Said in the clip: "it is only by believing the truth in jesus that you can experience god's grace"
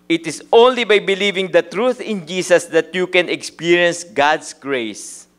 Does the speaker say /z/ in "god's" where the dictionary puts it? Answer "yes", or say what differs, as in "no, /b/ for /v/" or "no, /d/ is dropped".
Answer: no, /s/ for /z/